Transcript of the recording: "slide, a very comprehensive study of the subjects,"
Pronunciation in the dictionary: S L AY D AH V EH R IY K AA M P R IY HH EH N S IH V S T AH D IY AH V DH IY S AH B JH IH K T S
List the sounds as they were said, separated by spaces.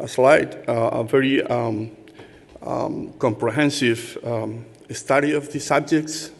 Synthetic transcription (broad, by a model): S L AY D AH V EH R IY K AA M P R IY HH EH N S IH V S T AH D IY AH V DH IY S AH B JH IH K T S